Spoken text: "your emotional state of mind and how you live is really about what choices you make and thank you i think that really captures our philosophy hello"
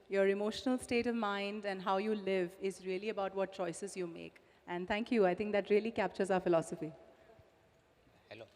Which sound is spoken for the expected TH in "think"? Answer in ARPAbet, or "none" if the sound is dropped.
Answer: T